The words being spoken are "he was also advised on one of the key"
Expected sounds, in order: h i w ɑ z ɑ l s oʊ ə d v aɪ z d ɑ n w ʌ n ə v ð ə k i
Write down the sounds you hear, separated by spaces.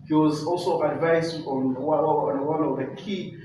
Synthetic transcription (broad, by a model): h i w ɑ z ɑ l s oʊ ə d v aɪ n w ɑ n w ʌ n ə v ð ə k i